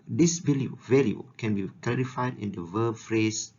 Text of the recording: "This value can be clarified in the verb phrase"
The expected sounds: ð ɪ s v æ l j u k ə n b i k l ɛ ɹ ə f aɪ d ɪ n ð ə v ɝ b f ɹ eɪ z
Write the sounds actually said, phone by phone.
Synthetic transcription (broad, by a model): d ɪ s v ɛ l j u k ə n b i k l ɛ ɹ ə f aɪ d ɪ n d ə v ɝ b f ɹ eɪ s